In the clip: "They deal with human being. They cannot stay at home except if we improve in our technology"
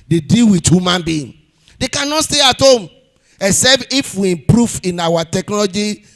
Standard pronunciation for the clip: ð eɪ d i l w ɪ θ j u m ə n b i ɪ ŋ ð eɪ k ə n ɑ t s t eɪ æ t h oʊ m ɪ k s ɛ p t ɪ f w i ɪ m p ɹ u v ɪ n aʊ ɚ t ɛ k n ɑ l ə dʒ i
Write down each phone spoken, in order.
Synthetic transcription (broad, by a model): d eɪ d i l w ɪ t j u m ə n b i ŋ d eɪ k ə n ɑ t s t eɪ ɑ t h oʊ m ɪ s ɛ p ɪ f w i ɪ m p ɹ u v ɪ n aʊ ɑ t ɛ k n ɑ l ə dʒ i